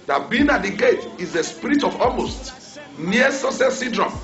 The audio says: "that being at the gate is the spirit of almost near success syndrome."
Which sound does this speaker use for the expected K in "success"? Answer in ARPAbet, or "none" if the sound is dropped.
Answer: none